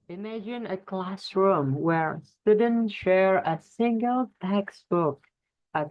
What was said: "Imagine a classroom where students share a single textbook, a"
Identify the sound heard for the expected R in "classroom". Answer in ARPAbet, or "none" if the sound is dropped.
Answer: R